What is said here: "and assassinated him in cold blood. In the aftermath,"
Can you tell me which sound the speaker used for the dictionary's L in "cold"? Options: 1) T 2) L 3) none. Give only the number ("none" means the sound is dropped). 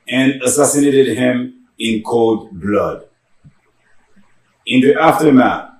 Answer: 2